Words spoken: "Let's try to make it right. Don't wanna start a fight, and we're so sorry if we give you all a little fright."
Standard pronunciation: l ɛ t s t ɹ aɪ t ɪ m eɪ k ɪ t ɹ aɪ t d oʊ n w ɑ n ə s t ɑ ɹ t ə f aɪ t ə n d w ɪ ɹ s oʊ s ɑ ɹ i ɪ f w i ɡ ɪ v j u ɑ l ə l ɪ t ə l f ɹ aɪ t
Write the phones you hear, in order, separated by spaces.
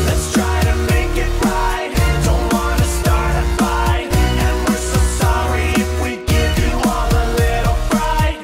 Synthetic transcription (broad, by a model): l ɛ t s t ɹ aɪ t ɪ m eɪ k ɪ t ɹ aɪ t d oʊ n w ɑ n ə s t ɑ ɹ t ə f aɪ ə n w ɪ ɹ s oʊ s ɑ ɹ i ɪ f w i ɡ ɪ v j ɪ ɑ l ə l ɪ t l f ɹ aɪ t